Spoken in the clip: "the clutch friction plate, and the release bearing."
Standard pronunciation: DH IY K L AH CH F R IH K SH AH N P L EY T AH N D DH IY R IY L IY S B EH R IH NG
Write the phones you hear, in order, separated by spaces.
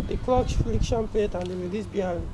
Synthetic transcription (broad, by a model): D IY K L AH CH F L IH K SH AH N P EY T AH N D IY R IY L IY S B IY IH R